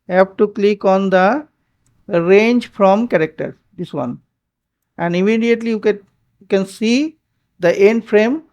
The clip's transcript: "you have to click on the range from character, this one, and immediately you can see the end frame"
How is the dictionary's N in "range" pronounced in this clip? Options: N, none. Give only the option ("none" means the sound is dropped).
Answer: N